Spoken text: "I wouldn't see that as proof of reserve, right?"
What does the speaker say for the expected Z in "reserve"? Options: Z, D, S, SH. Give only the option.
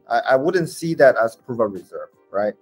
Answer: Z